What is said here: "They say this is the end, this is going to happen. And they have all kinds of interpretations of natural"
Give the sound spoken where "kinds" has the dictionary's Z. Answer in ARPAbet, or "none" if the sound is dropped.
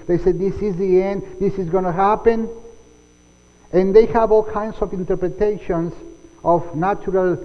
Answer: S